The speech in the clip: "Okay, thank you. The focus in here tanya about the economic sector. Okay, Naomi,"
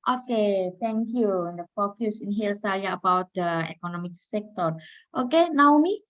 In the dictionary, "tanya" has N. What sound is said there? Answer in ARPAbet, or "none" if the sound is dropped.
L